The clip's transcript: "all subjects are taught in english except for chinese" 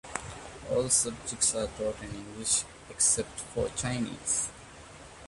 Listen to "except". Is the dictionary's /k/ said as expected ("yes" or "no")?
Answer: yes